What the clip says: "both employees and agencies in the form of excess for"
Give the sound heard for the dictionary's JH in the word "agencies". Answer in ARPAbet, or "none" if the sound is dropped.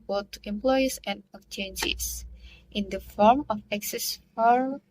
CH